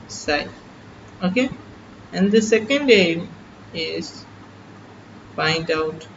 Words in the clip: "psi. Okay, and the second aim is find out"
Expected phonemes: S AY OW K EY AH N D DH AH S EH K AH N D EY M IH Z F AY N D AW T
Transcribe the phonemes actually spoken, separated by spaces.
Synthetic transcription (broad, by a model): S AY OW K EY AH N D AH S EH K AH N D EY M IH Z P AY N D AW T